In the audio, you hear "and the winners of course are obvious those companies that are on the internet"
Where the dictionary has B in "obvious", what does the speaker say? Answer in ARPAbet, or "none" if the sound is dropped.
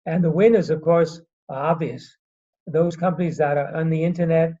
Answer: B